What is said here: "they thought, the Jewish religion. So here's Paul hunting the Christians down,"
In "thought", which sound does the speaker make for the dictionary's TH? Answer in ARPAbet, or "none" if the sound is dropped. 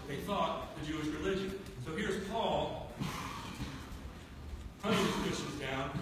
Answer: TH